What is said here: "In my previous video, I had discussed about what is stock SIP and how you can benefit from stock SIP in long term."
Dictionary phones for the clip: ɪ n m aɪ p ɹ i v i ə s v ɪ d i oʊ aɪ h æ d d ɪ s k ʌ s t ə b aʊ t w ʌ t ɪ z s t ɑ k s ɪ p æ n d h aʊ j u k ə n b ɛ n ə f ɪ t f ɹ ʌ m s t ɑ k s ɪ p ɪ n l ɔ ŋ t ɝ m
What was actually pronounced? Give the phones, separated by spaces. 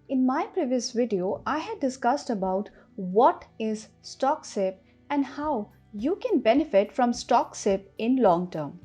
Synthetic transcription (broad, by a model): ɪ n m aɪ p ɹ i v i ə s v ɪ d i oʊ aɪ h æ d d ɪ s k ʌ s t ə b aʊ t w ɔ t ɪ z s t ɑ k s ɪ p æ n d h aʊ j u k ə n b ɛ n ə f ɪ t f ɹ ʌ m s t ɑ k s ɪ p ɪ n l ɔ ŋ t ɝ m